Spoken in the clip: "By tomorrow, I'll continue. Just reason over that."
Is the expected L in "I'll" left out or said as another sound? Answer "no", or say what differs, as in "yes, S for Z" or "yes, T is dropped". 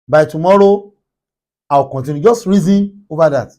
yes, W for L